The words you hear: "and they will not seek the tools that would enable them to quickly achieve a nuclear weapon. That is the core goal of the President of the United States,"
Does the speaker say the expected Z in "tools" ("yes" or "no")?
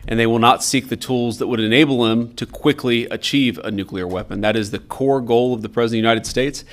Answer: yes